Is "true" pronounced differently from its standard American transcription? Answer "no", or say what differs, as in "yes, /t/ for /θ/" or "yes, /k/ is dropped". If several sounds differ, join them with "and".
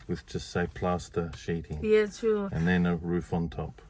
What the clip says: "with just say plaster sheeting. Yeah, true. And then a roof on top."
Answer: yes, /ɹ/ is dropped